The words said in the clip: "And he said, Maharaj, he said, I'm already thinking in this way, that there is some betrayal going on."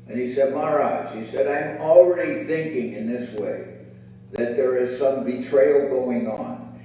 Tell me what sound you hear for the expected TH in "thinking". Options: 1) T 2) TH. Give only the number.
2